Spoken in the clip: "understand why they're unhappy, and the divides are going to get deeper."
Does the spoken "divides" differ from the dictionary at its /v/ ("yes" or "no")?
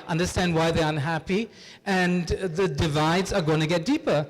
no